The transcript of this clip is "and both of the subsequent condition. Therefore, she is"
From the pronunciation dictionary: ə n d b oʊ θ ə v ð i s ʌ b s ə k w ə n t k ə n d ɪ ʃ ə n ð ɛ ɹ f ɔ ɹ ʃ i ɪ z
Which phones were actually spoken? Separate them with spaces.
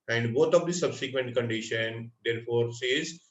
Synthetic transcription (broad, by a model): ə n d b oʊ t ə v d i s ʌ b s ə k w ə n t k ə n d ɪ ʃ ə n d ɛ ɹ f ɔ ɹ s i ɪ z